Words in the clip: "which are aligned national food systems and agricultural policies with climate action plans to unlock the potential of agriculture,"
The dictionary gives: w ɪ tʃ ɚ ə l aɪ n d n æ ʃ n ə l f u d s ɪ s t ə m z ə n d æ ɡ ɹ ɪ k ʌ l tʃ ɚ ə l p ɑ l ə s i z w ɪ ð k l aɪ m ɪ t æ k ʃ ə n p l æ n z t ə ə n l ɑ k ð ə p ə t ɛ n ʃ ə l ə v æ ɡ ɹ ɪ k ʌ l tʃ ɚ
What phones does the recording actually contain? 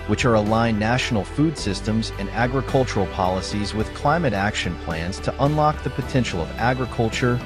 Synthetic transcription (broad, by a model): w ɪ tʃ ɚ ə l aɪ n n æ ʃ n l f u d s ɪ s t ə m z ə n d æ ɡ ɹ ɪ k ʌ l tʃ ɚ l p ɑ l ə s i z w ɪ ð k l aɪ m ɪ t æ k ʃ ə n p l æ n z t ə ə n l ɑ k ð ə p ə t ɛ n ʃ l ə v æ ɡ ɹ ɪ k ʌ l tʃ ɚ